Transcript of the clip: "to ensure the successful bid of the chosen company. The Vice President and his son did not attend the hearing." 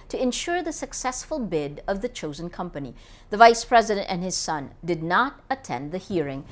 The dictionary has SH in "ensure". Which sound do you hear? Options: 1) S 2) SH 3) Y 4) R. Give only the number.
2